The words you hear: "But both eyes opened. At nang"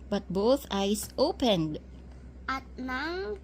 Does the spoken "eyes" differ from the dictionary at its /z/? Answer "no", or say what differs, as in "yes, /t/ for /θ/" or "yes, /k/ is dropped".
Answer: yes, /s/ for /z/